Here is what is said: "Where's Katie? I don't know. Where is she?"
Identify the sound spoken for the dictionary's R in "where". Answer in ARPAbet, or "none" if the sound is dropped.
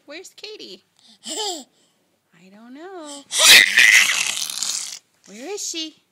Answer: R